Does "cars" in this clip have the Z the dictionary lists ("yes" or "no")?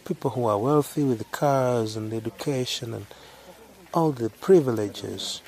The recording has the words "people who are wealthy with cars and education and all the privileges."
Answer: yes